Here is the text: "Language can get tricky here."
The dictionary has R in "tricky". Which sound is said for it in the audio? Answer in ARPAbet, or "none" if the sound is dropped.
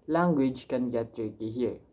none